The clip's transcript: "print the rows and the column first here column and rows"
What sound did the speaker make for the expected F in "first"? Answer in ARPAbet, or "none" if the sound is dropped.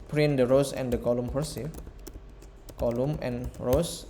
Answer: P